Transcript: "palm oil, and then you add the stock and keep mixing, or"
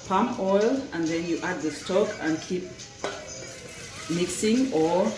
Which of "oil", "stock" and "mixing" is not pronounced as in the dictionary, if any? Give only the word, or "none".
none